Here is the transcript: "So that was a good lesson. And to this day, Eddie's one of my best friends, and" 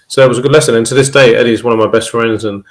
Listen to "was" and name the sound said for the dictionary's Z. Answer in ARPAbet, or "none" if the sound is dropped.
Z